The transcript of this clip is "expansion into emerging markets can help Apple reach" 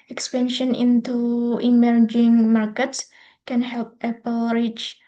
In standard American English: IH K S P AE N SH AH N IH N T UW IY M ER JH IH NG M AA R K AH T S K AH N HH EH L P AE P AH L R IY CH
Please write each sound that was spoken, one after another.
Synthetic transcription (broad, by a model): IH K S P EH N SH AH N IH N T UW IY M ER JH IH NG M AA R K AH T S K AH N HH EH L P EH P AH L R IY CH